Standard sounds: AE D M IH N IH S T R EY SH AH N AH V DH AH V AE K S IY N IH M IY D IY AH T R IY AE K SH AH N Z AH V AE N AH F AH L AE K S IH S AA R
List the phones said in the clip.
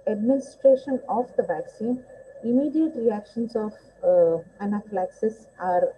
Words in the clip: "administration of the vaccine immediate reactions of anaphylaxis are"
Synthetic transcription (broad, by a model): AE D M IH N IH S T R EY SH AH N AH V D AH V AE K S IY N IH M IY D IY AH T R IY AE K SH AH N S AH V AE N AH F L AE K S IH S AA R